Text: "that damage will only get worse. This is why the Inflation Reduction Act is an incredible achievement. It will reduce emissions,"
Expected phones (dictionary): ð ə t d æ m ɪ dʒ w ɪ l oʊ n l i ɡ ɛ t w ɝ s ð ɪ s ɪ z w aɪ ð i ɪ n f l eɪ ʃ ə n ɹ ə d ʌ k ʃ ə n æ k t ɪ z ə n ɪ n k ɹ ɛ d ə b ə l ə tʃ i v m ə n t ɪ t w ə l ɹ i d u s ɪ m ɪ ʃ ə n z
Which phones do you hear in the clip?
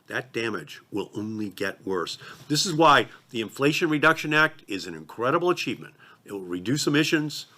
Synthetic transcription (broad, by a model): ð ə t d æ m ɪ dʒ w ɪ l oʊ n l i ɡ ɛ t w ɝ s ð ɪ s ɪ z w aɪ ð i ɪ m f l eɪ ʃ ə n ɹ ə d ʌ k ʃ ə n æ k t ɪ z ə n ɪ n k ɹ ɛ d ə b l ə tʃ i v m ə n t ɪ t w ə l ɹ i d u s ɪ m ɪ ʃ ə n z